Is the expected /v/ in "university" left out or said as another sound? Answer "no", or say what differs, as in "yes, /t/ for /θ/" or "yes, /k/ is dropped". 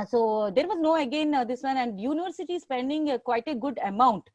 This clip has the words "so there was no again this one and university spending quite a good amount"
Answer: no